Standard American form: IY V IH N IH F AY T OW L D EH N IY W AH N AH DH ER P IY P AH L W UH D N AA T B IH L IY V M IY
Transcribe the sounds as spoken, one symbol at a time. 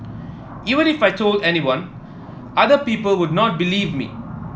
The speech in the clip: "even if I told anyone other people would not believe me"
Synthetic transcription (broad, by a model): IY V IH N IH F AY T OW L D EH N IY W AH N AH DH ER P IY P AH L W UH D N AA T B IH L IY V M IY